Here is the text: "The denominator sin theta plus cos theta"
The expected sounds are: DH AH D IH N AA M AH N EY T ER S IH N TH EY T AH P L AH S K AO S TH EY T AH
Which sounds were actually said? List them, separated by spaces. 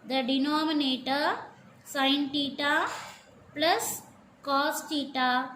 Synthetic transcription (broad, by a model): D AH D IH N AA M AH N EY T ER S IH N T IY T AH P L AH S K AO S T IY T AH